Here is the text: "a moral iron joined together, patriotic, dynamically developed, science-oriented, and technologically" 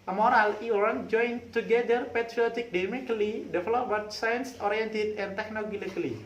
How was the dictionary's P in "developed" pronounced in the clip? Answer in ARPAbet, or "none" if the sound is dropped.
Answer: B